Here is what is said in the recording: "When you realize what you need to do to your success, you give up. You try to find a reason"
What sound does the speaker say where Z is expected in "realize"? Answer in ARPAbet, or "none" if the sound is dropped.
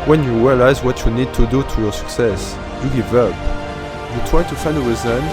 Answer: Z